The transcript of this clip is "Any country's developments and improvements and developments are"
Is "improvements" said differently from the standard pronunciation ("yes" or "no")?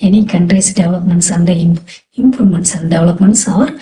yes